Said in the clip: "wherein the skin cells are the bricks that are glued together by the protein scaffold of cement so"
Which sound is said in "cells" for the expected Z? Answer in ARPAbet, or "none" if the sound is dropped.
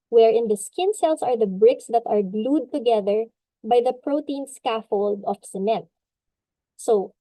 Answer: S